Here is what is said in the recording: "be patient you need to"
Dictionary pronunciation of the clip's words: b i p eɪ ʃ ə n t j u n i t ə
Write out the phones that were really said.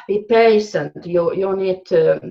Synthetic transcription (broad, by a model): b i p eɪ s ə n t j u n i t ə